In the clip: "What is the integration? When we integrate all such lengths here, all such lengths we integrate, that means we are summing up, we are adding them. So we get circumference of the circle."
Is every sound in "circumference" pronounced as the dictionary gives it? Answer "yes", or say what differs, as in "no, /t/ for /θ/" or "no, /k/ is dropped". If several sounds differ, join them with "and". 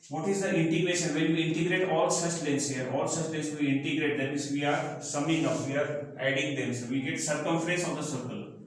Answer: no, /n/ is dropped